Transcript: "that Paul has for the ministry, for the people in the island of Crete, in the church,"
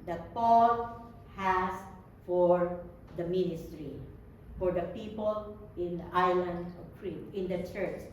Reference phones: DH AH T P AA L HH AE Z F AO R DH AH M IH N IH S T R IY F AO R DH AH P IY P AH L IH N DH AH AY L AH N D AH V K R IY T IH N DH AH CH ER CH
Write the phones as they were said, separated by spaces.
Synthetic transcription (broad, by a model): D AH T P AA L HH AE S F AO R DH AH M IH N IH S T R IY F AO R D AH P IY P AH L IH N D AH AY L AH N D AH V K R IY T IH N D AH CH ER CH